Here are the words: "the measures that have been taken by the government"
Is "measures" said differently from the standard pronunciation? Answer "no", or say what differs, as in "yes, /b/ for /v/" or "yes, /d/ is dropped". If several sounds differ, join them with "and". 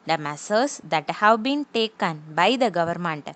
yes, /s/ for /ʒ/